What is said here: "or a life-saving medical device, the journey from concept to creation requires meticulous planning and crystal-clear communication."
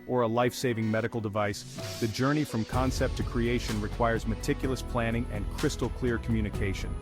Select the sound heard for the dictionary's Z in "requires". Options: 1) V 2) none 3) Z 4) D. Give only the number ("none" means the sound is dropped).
3